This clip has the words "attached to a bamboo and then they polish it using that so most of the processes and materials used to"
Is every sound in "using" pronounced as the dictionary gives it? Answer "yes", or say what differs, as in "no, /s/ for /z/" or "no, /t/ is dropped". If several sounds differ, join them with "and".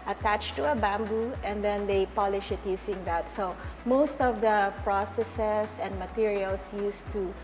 no, /s/ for /z/